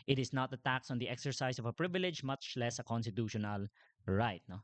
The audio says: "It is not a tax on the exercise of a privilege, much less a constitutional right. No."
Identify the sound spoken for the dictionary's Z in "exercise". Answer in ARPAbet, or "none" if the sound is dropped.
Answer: S